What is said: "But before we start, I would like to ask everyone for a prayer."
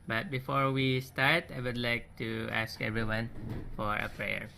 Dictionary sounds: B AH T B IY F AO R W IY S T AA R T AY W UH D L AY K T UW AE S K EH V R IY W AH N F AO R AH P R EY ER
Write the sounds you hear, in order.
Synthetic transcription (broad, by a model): B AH T B IY F AO R W IY S T AA R T AY W UH D L AY K T UW AE S K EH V R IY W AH N F AO R AH P R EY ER